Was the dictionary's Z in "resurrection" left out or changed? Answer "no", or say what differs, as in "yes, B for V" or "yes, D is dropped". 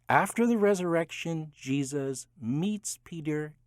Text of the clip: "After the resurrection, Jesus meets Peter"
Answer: no